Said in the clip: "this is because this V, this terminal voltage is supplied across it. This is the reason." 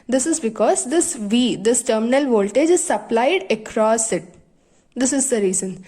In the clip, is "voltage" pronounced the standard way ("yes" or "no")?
yes